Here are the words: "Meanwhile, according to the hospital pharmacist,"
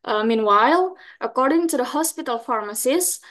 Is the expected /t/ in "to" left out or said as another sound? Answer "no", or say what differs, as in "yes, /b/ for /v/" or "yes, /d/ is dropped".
no